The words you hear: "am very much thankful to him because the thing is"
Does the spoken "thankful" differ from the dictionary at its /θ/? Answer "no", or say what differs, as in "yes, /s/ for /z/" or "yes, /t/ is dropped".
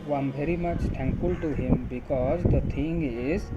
yes, /t/ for /θ/